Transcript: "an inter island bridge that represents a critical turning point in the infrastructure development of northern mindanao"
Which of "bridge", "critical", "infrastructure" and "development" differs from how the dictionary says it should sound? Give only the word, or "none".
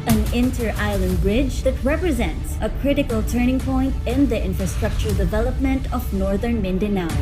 none